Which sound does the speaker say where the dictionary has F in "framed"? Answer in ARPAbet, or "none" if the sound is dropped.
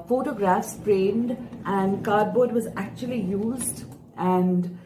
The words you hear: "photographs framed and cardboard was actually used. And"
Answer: P